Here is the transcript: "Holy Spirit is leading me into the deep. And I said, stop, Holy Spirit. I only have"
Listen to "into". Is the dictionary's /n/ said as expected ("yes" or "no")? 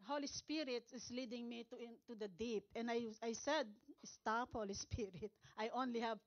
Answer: no